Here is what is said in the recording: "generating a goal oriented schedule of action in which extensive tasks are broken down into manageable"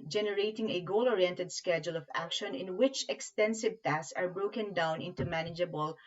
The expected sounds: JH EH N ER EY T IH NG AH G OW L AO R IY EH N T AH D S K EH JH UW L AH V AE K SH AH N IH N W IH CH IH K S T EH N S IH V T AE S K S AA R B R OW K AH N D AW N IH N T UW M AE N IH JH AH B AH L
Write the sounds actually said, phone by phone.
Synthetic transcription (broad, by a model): JH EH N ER EY T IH NG AH G OW L AO R IY EH N T AH D S K EH JH UW L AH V AE K SH AH N IH N W IH CH IH K S T EH N S IH V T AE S S AA R B R OW K AH N D AW N IH N T UW M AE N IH JH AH B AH L